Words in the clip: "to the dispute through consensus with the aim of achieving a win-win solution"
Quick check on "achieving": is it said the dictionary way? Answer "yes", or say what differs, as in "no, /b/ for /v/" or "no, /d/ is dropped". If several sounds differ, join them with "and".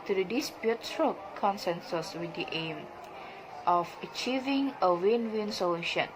yes